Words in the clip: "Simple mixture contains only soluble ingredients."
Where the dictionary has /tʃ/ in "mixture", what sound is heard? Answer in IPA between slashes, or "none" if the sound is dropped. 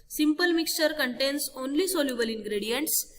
/tʃ/